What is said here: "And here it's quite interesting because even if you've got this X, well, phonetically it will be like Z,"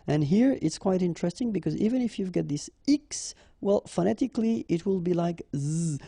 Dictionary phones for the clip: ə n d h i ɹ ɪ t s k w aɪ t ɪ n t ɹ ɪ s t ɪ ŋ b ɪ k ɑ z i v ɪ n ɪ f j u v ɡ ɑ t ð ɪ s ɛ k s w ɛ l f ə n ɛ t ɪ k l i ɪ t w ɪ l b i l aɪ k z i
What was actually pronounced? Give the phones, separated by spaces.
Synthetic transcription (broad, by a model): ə n h i ɹ ɪ t s k w aɪ t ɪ n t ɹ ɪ s t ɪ ŋ b ɪ k ɑ z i v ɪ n ɪ f j u v ɡ ɑ t ð ɪ s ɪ k s w ɛ l f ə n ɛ t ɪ k l i ɪ t w ɪ l b i l aɪ k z